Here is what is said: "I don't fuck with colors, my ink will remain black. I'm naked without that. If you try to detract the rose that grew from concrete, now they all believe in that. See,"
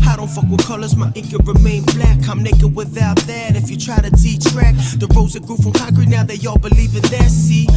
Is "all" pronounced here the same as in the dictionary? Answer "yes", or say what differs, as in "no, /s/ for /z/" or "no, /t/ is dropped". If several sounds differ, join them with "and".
yes